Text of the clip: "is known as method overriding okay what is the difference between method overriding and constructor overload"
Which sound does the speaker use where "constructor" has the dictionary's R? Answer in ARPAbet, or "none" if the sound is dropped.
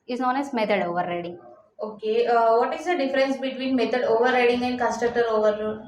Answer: none